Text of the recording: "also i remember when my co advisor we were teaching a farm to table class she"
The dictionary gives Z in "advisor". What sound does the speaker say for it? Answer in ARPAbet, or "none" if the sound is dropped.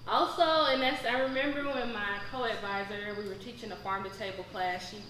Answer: Z